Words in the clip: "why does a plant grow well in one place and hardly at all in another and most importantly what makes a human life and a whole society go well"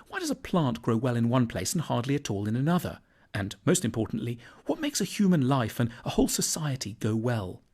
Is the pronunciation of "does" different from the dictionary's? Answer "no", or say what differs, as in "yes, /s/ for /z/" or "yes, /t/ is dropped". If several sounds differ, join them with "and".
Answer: no